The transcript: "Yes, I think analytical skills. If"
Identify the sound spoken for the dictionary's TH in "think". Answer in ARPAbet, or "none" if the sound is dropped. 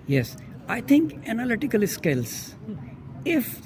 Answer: T